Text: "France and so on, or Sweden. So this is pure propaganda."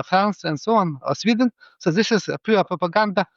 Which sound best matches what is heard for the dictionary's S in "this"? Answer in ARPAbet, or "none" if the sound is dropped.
SH